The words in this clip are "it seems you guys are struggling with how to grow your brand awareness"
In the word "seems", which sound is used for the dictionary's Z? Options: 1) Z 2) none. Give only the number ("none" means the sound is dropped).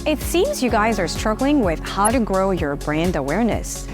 1